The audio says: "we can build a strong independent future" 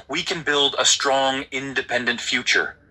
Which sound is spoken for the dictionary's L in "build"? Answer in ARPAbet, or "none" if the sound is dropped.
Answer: L